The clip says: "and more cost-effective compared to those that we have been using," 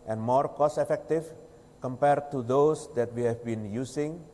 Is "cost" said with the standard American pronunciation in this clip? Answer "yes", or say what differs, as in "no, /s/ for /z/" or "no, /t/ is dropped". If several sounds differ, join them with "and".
no, /t/ is dropped